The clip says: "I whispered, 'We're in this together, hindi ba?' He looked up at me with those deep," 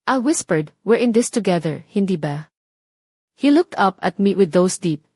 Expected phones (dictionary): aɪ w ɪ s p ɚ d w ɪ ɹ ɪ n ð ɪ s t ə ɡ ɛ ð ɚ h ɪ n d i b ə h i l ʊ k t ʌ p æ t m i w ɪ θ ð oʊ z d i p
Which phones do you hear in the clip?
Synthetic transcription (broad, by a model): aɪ w ɪ s p ɚ d w ɪ ɹ ɪ n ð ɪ s t ə ɡ ɛ ð ɚ h ɪ n d i b ə h i l ʊ k t ʌ p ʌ t m i w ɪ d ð oʊ s d i p